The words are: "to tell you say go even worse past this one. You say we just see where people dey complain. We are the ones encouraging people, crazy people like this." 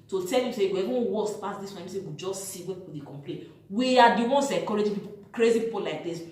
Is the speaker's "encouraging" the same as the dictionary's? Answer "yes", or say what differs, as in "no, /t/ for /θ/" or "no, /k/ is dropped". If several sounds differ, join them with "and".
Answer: no, /n/ is dropped